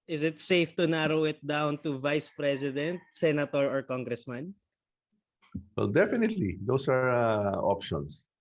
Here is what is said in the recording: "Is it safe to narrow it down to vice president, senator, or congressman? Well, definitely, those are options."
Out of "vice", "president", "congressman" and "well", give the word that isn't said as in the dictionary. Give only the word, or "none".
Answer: president